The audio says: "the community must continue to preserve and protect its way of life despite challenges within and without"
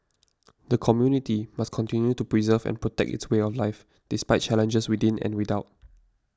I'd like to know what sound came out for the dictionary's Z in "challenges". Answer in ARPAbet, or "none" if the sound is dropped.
S